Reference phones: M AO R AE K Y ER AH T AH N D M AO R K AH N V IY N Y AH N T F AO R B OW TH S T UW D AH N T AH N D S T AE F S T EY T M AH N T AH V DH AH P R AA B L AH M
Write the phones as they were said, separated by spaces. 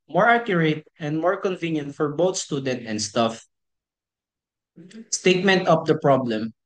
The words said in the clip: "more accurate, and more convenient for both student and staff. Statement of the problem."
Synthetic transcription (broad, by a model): M AO R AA K Y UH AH T AH N D M AO R K AH N V IY N Y AH N T F AO R B OW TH S T UW D AH N T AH N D S T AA F S T EY T M AH N T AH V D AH P R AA B L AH M